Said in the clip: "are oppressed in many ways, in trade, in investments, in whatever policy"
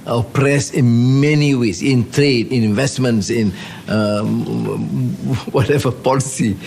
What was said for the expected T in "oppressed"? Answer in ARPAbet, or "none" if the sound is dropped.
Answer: none